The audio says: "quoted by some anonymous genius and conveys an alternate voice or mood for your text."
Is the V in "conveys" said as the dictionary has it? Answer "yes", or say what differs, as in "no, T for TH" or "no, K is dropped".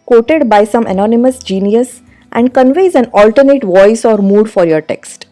yes